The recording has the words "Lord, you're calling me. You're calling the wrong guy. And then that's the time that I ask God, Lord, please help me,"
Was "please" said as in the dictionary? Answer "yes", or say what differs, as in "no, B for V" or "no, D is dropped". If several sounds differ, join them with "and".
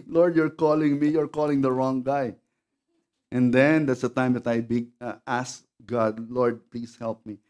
no, S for Z